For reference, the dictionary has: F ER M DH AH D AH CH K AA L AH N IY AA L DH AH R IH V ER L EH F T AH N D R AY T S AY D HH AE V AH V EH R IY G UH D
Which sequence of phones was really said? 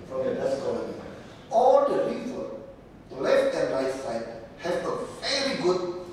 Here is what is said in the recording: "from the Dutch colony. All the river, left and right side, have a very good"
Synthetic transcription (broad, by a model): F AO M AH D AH S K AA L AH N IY AA L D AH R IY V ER L EH F T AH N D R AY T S AY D HH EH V AH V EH R IY G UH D